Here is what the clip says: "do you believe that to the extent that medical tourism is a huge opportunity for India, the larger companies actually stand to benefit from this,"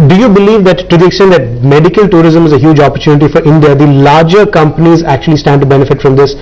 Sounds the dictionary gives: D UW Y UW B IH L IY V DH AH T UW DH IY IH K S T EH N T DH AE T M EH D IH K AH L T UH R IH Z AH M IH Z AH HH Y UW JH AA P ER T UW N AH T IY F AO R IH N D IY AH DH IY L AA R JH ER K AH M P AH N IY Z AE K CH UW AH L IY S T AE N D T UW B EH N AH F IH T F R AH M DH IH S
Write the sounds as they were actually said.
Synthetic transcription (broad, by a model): D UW Y UW B IH L IY V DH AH T UW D IY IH K S T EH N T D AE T M EH D IH K AH L T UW R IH Z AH M IH Z AH HH Y UW JH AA P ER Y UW N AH T IY F AO R IH N D IY AH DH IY L AA R JH ER K AH M P AH N IY Z AE K CH UW AH L IY S T AE N D T UW B EH N AH F IH T F R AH M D IH S